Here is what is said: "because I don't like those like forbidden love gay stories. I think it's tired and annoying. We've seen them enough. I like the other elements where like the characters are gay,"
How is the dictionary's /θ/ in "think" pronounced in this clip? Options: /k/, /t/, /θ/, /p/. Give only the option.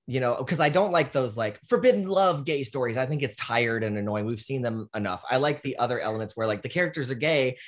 /θ/